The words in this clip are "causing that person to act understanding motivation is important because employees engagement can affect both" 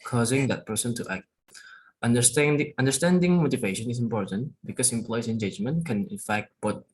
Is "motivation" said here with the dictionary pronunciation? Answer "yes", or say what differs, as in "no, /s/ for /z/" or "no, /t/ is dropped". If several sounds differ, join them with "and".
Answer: yes